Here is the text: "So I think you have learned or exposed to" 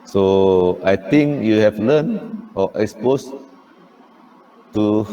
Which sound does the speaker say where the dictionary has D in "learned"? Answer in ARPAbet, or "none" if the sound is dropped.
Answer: none